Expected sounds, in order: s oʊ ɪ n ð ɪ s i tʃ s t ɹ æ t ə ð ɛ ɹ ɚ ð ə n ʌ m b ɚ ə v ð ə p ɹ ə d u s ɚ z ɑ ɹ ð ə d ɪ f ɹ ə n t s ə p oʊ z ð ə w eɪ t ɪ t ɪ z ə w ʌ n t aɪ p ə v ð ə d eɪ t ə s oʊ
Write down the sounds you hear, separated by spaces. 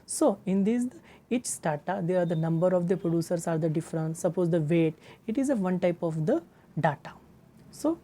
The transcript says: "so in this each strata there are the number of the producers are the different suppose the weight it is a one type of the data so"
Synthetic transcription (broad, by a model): s oʊ ɪ n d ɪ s i tʃ s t ɑ t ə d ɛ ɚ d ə n ʌ m b ɚ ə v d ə p ɹ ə d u s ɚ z ɑ ɹ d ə d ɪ f ɹ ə n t s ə p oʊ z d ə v eɪ t ɪ t ɪ z ə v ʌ n t aɪ p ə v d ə d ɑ t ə s oʊ